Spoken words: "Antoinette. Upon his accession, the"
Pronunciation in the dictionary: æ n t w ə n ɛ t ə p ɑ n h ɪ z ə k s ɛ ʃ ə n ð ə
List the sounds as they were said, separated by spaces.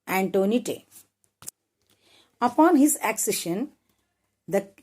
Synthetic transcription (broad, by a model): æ n t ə n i t ə p ɑ n h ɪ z ə k s ɛ ʃ ə n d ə